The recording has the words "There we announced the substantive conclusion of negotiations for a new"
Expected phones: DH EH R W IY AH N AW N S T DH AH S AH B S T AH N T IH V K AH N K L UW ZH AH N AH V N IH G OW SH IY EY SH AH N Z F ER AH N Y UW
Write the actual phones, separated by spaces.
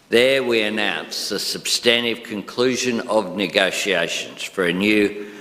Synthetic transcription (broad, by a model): DH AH R W IY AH N AW N S DH AH S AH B S T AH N T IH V K AH N K L UW ZH AH N AH V N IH G OW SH IY EY SH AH N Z F ER AH N Y UW